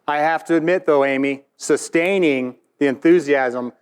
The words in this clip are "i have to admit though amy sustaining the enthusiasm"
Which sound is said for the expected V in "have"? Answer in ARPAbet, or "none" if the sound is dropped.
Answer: F